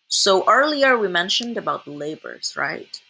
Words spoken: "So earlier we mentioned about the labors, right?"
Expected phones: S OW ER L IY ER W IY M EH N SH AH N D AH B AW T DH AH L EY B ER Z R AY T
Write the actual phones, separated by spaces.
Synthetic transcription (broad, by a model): S OW ER L IY ER W IY M EH N SH AH N D AH B AW T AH L EY B ER Z R AY T